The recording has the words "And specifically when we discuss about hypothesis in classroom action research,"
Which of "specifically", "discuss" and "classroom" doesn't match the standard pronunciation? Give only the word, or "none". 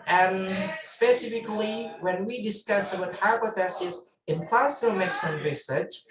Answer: classroom